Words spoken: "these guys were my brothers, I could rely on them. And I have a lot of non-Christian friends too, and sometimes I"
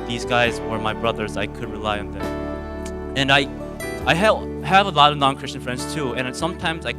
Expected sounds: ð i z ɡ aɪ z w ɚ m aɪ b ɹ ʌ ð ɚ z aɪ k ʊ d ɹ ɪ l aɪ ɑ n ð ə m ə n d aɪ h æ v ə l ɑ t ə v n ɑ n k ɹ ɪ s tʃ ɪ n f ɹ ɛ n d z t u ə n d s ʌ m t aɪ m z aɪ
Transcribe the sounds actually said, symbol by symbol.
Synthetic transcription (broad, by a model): ð i z ɡ aɪ z w ɚ m aɪ b ɹ ʌ ð ɚ z aɪ k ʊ d ɹ ɪ l aɪ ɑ n ð ə m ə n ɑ aɪ h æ v ə l ɑ t ə v n ɑ n k ɹ ɪ s tʃ ɪ n f ɹ ɛ n d z t u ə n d s ʌ m t aɪ m z aɪ